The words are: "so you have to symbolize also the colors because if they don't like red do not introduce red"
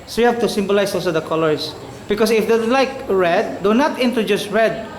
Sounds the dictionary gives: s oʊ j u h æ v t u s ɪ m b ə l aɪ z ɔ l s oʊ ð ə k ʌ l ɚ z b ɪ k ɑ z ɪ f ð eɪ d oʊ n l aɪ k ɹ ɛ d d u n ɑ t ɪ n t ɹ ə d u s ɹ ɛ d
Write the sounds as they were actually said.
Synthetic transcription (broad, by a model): s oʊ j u h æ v t u s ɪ m b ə l aɪ s ɔ l s oʊ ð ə k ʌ l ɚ s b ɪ k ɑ s ɪ f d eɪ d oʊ l aɪ k ɹ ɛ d d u n ɑ t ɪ n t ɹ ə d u s ɹ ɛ d